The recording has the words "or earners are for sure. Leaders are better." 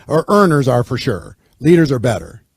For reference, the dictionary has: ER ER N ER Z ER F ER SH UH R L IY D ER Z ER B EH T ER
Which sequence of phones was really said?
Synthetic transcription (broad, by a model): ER ER N ER Z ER F ER SH UH R L IY D ER Z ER B EH T ER